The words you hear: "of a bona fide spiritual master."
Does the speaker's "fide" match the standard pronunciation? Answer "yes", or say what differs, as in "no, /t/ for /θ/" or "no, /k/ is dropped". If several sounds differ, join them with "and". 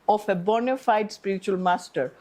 yes